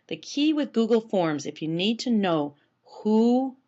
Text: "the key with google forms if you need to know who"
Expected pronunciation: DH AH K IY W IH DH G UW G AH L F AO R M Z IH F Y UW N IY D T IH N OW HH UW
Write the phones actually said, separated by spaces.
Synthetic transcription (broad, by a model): DH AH K IY W IH DH G UW G L F AO R M Z IH F Y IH N IY D T IH N OW HH UW